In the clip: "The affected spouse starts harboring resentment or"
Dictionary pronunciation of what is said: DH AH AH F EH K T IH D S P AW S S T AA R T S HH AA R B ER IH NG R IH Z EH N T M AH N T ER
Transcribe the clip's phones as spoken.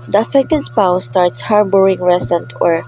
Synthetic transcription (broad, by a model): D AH AH F EH K T IH D S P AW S S T AA R T S HH AA R B ER IH NG R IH S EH N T AH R